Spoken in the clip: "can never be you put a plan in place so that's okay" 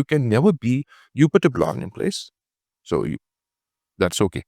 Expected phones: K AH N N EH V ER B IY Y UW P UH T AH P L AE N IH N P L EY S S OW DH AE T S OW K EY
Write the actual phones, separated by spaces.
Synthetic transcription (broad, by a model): K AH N N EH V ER B IY Y UW P UH T AH B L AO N IH N P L EY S S OW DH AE T S OW K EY